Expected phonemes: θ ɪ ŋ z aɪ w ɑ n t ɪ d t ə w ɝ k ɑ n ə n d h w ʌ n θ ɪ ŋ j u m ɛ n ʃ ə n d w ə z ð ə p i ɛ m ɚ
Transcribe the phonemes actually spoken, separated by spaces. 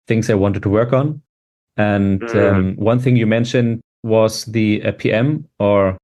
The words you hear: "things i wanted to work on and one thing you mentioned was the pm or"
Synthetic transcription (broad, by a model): θ ɪ ŋ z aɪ w ɑ n t ɪ d t ə w ɝ k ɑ n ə n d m w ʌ n θ ɪ ŋ j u m ɛ n ʃ ə n d w ə z ð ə p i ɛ m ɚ